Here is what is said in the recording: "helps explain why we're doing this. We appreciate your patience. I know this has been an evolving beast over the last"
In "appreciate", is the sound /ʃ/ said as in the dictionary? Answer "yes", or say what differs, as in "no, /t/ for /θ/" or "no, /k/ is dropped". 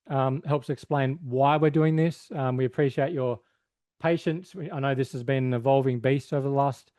yes